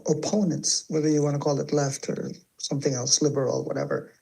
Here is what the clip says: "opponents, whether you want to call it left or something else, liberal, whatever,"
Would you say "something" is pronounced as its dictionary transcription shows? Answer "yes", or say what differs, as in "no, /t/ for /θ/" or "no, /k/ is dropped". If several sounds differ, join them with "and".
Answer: yes